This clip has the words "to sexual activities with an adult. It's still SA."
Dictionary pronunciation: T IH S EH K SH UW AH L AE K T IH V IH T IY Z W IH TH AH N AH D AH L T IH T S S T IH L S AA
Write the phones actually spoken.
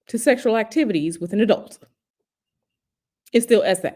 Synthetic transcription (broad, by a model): T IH S EH K SH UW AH L AE K T IH V IH T IY Z W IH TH AH N AH D AH L T IH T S S T IH L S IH